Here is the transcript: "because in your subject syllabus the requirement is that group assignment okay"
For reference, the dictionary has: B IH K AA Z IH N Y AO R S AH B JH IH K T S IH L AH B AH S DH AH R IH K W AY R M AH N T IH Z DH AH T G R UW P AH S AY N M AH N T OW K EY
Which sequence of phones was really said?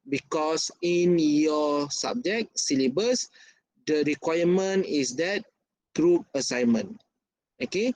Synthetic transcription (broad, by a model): B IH K AA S IH N Y AO S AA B JH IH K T S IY L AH B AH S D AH R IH K W AY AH M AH N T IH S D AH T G R UW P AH S AY N M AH N OW K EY